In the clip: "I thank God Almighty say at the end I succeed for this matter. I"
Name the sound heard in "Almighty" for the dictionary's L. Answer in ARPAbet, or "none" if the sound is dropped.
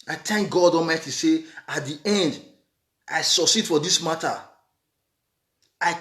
none